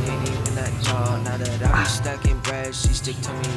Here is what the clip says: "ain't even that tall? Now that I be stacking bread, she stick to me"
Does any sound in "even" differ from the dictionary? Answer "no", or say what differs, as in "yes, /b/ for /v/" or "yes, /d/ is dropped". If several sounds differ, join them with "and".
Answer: yes, /v/ is dropped